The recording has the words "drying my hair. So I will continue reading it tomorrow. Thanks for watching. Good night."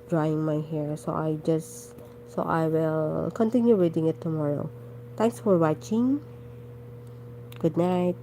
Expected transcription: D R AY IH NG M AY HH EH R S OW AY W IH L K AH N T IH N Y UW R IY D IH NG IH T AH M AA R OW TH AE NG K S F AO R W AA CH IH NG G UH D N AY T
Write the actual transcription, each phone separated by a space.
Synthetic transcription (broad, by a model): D R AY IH NG M AY HH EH R S OW AY W IH L K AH N T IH N Y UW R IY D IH NG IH T AH M AA R OW T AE NG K S F AO R W AA CH IH NG G UH D N AY T